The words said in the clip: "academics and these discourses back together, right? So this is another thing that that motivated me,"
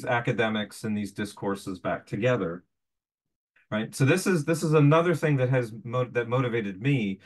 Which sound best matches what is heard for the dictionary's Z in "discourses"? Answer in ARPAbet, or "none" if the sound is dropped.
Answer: Z